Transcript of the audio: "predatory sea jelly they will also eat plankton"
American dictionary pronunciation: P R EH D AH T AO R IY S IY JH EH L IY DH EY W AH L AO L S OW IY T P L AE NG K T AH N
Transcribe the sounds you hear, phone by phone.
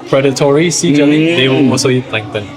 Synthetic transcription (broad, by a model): P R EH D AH T AO R IY S IY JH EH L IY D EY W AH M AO S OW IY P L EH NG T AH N